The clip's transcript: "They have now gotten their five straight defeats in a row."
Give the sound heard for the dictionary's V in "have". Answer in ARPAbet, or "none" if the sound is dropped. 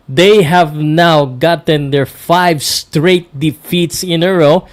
V